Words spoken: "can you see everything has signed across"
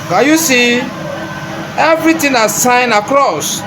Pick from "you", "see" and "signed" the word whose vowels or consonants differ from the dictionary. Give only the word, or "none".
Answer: signed